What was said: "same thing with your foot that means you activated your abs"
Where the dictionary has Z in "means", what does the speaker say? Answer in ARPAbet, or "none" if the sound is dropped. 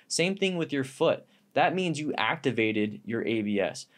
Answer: Z